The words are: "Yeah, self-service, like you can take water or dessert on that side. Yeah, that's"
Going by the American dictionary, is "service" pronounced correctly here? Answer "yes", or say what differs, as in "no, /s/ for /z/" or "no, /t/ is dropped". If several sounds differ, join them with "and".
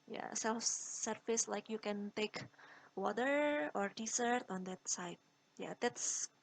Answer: no, /f/ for /v/